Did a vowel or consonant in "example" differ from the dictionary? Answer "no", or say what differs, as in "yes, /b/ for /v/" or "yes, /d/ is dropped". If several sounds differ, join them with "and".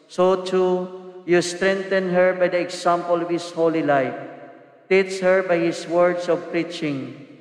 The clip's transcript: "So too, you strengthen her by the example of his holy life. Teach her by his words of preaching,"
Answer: yes, /s/ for /z/